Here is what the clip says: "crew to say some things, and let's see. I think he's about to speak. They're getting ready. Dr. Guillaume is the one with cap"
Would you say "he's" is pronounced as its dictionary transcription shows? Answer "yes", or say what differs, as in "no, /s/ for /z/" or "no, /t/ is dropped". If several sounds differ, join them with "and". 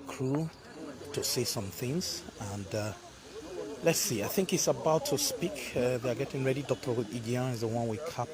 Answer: no, /s/ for /z/